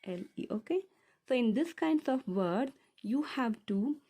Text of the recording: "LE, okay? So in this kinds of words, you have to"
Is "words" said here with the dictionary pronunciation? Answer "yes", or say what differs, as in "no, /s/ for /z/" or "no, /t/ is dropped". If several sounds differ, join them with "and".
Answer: no, /z/ is dropped